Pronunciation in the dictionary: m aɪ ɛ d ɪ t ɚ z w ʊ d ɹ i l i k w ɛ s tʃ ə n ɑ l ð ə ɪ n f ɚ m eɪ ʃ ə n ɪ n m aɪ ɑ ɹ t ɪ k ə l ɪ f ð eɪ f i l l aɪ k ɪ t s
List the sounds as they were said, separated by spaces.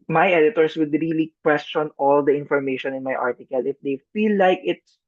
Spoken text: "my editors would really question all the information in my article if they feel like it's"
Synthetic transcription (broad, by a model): m aɪ ɛ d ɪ t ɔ s w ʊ d ɹ i l i k w ɛ s tʃ ə n ɑ l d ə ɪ n f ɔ m eɪ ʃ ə n ɪ n m aɪ ɑ ɹ t ɪ k ə l ɪ f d eɪ f i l l aɪ k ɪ t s